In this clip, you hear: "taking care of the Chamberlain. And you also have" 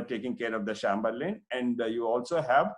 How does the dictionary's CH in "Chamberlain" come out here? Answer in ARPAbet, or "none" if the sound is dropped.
SH